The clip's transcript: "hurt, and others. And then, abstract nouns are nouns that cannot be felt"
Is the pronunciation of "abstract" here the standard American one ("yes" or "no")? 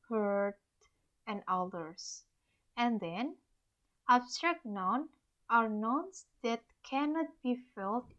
yes